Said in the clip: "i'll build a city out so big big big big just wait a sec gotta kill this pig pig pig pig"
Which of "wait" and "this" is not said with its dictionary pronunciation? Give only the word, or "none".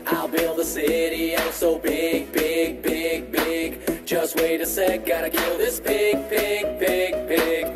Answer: none